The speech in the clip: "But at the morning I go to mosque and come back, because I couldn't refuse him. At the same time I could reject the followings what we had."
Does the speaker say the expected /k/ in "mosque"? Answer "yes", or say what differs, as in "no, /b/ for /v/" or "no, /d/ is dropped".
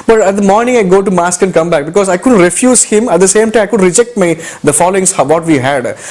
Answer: yes